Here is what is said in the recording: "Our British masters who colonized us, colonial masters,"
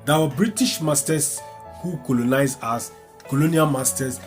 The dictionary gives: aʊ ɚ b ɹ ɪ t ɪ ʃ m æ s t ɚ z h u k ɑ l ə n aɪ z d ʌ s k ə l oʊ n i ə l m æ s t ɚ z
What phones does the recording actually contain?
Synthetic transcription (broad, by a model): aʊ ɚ b ɹ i t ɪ ʃ m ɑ s t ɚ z h u k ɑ l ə n aɪ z ɑ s k ə l oʊ n i ə l m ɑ s t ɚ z